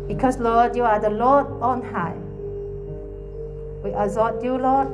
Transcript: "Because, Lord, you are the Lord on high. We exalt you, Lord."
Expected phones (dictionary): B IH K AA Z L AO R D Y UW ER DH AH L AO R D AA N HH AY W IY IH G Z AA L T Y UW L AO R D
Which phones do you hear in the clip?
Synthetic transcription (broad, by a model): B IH K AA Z L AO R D Y UW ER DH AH L AO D AA N HH AY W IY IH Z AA T Y UW L AO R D